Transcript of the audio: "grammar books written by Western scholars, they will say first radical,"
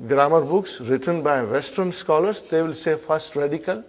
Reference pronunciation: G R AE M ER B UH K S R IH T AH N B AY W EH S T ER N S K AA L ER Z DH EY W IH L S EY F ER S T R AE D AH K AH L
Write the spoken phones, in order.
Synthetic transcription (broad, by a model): G R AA M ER B UH K S R IH T AH N B AY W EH S T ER N S K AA L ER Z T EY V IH L S EY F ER S T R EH D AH K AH L